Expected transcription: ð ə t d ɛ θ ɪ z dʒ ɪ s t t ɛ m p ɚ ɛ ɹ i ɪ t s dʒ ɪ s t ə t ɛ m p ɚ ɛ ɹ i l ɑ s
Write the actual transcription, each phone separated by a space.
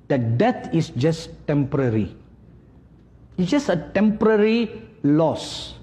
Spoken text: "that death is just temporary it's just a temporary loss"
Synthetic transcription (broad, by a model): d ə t d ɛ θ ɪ s dʒ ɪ s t t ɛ m p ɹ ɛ ɹ i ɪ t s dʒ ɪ s ə t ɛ m p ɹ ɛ ɹ i l ɑ s